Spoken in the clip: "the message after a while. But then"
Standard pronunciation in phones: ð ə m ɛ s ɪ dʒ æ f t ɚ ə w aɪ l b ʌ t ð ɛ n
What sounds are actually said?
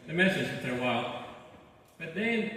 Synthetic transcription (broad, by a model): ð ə m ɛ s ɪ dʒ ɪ t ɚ ə w aɪ l b ʌ t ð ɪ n